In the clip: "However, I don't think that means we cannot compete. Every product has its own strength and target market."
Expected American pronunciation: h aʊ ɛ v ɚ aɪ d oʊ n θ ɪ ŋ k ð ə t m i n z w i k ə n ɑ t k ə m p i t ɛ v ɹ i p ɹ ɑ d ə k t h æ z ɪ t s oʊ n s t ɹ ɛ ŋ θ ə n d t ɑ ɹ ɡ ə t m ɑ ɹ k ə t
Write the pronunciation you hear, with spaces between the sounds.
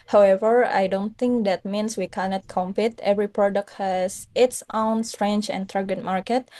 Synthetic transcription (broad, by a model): h aʊ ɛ v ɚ aɪ d oʊ n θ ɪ ŋ k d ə t m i n s w i k ə n ɑ t k ə m p i t ɛ v ɹ i p ɹ ɑ d ə k t h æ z ɪ t s oʊ n s t ɹ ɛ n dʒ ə n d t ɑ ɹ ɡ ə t m ɑ ɹ k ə t